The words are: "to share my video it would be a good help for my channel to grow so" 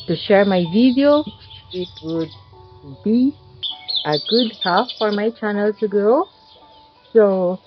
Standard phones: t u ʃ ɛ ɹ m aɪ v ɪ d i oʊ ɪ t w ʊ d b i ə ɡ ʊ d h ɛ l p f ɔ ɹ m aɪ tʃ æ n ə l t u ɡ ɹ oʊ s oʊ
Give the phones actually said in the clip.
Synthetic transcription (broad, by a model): t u ʃ ɛ ɹ m aɪ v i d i oʊ ɪ t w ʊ d b i ə ɡ ʊ d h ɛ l f ɔ ɹ m aɪ tʃ æ n ə l t u ɡ oʊ s oʊ